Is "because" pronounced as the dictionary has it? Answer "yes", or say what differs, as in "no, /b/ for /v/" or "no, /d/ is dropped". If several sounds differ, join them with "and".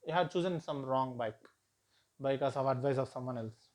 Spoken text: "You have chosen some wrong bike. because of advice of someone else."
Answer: no, /s/ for /z/